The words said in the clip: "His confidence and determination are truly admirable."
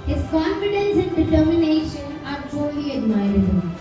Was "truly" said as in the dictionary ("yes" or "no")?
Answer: no